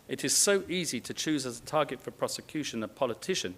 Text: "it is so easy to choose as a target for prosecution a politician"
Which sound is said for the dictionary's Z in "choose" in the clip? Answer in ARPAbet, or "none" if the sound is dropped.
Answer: Z